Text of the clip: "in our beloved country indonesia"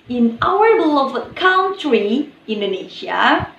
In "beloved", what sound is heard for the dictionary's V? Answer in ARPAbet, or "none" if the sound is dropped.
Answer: none